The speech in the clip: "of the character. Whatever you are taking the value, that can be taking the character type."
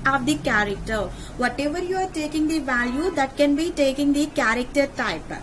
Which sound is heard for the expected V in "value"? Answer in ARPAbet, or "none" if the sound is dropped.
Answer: V